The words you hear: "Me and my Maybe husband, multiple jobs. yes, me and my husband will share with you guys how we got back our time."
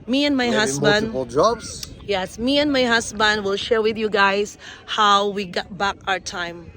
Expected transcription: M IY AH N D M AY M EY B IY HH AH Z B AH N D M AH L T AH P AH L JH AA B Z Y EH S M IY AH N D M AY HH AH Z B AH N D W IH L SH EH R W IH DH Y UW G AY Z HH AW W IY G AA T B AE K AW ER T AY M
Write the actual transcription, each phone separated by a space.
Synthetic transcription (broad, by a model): M IY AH N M M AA IY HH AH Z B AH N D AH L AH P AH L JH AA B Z Y EH S M IY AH N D M AY HH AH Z B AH N D W IH L SH EH R W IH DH Y UW G AY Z HH AW W IY G AA T B AE K AW ER T AY M